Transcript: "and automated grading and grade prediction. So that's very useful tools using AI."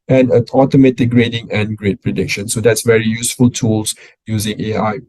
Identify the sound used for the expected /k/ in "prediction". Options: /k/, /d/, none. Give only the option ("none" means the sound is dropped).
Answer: /k/